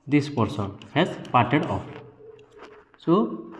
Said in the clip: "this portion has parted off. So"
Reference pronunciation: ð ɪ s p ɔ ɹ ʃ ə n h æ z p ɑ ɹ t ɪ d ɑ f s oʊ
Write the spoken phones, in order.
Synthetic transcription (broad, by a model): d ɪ s p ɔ ɹ s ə n h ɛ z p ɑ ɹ t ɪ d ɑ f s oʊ